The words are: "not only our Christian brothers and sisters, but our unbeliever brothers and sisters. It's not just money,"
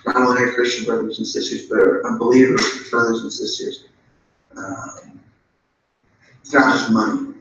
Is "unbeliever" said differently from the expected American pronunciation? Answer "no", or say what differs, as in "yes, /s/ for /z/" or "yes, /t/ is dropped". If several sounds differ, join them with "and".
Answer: yes, /n/ is dropped